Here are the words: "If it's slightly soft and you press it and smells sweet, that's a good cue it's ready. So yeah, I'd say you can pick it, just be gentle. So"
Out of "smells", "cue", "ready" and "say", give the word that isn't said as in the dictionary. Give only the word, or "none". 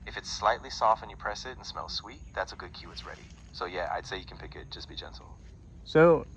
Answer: none